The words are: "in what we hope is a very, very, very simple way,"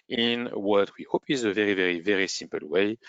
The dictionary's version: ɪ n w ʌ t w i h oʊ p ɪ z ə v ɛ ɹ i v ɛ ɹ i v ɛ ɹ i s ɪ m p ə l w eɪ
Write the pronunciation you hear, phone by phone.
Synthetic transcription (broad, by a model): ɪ n w ʌ t w i h oʊ p ɪ z ə v ɛ ɹ i v ɛ ɹ i v ɛ ɹ i s ɪ m p ə l w eɪ